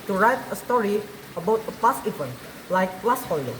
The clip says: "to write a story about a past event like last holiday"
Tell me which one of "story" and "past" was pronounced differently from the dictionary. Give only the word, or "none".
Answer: past